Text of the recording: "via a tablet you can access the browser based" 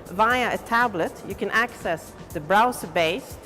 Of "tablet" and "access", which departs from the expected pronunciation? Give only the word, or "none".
none